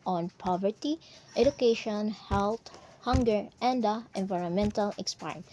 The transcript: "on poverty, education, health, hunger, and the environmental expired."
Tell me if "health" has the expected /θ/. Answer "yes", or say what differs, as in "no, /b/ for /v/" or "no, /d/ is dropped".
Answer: no, /t/ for /θ/